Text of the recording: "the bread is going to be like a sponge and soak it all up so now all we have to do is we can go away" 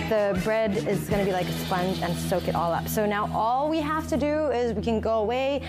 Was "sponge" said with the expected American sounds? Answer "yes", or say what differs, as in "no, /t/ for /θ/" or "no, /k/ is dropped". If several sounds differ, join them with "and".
yes